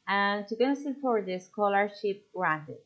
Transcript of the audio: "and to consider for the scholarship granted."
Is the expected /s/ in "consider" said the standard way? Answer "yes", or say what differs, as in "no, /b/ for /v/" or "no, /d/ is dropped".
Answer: no, /s/ is dropped